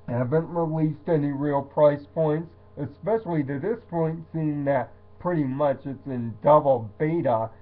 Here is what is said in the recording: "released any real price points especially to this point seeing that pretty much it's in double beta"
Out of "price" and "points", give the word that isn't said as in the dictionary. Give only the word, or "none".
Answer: none